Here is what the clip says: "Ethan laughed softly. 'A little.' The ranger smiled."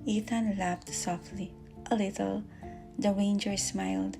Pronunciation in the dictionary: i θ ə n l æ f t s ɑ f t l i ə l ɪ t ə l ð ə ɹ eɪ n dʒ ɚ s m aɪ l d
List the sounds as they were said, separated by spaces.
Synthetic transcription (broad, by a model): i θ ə n l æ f t s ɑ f t l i ə l ɪ t ə l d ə w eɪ n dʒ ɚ s m aɪ l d